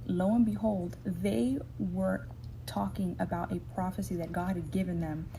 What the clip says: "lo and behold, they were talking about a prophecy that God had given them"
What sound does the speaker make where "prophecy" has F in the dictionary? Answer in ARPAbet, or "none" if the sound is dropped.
F